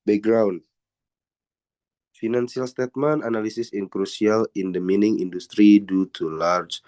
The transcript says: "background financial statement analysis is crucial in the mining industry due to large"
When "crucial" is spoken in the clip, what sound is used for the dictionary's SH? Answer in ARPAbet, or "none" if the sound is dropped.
S